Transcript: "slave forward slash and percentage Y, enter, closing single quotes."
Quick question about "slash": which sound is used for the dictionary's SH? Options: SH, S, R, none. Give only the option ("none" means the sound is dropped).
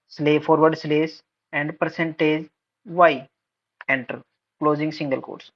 S